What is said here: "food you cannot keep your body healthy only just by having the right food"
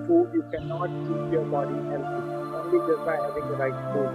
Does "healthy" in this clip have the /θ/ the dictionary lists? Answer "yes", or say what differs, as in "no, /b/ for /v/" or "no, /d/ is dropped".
no, /s/ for /θ/